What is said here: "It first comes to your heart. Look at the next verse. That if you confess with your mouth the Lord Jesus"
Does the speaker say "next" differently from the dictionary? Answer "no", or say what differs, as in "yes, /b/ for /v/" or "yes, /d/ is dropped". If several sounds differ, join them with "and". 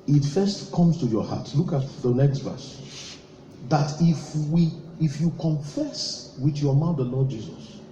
no